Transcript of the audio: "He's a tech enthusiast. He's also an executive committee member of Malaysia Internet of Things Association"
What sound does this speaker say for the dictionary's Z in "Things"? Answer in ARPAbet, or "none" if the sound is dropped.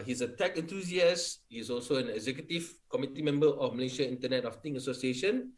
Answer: none